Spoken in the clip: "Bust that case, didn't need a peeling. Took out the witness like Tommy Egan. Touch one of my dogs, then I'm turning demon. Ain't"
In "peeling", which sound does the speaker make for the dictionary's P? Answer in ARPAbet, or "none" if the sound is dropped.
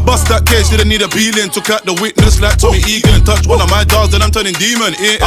B